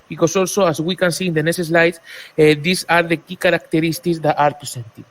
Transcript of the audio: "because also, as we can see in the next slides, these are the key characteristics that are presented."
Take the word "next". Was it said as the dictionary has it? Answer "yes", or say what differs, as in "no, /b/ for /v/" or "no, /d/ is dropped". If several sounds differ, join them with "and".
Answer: no, /k/ is dropped